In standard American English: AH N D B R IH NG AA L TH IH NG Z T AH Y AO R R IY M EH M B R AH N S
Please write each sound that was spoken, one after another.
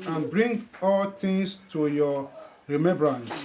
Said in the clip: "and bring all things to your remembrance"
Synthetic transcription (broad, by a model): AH N B R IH NG AA L T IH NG S T AH Y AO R R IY M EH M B R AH N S